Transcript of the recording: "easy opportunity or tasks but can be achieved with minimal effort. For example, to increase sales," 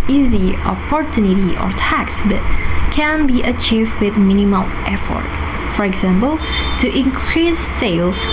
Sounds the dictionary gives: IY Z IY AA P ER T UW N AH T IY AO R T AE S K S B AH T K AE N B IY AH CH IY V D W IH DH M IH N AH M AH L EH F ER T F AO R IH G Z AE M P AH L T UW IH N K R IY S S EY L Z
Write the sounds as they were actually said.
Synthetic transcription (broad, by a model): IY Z IY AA P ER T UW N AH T IY AO R T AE K S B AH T K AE N B IY AH CH IY V D W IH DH M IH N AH M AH L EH F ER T F AO R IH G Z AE M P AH L T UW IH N K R IY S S EY L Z